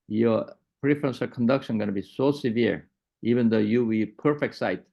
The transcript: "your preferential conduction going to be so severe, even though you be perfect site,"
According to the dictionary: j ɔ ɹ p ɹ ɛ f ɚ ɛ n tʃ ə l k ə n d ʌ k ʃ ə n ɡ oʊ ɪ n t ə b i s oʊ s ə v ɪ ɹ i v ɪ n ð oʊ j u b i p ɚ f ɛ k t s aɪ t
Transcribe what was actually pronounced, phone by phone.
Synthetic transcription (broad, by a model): j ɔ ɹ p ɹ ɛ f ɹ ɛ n s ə k ə n d ʌ k ʃ ə n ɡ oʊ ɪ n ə b i s oʊ s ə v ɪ ɹ i v ɪ n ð oʊ j u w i p ɚ f ɛ k t s aɪ t